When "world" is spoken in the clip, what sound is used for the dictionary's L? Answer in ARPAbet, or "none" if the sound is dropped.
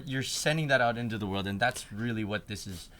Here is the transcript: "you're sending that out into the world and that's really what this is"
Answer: L